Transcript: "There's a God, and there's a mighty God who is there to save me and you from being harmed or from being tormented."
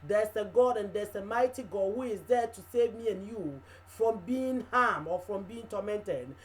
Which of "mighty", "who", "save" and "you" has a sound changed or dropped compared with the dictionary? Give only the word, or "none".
none